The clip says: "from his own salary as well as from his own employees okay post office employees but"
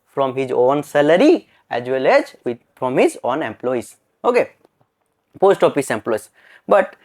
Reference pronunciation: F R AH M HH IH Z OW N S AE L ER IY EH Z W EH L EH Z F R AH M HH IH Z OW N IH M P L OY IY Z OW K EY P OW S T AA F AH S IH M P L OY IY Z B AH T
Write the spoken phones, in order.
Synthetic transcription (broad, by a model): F R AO M HH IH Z OW N S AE L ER IY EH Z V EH L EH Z P R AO M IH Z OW N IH M P L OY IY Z OW K EY P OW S T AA P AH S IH M P L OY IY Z B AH T